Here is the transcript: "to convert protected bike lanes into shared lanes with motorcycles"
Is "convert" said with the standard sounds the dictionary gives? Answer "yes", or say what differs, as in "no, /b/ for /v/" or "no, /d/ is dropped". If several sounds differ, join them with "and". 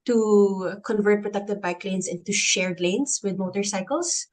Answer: yes